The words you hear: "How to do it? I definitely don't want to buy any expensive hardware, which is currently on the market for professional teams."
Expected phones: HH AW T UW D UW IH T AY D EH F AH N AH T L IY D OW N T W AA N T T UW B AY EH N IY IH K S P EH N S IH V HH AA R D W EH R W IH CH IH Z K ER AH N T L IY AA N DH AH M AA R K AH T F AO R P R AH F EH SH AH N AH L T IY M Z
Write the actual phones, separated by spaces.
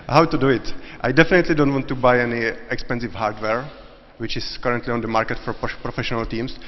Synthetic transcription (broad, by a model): HH AW T UW D UW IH T AY D EH F AH N AH T L IY D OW N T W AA N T T UW B AY EH N IY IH K S P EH N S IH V HH AA R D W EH R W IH CH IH S K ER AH N T L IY AA N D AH M AA R K AH T F AO R P R AH F EH SH AH N AH L T IY M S